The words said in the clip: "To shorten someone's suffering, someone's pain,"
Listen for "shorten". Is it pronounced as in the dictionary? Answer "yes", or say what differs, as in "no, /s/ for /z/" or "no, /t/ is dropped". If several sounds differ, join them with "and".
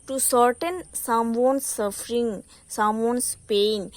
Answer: no, /s/ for /ʃ/